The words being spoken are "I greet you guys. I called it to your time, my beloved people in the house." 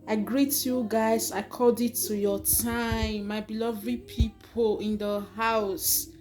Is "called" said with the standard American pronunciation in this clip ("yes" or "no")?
no